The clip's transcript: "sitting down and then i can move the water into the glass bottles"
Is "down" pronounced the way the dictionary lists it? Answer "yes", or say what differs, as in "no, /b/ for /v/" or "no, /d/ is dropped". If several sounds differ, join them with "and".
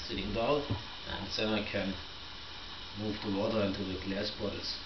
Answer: no, /n/ is dropped